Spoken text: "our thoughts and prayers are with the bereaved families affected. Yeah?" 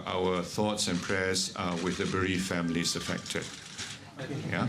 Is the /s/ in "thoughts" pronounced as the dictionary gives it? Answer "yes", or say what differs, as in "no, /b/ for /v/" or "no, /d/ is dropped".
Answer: yes